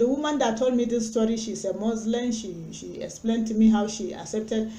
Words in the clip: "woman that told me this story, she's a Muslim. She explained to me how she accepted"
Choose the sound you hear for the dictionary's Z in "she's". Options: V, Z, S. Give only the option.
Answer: S